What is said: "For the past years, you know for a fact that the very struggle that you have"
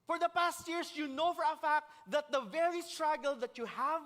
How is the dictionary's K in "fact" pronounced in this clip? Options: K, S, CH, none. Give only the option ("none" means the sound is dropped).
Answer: K